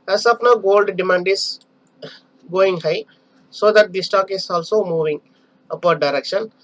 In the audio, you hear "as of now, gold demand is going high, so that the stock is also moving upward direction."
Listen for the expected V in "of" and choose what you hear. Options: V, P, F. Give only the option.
P